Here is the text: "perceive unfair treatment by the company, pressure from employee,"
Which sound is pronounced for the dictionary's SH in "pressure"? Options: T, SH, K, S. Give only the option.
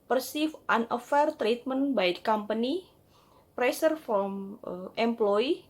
S